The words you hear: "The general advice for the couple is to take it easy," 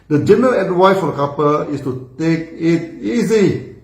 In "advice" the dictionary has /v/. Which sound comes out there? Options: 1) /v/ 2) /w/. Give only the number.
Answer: 2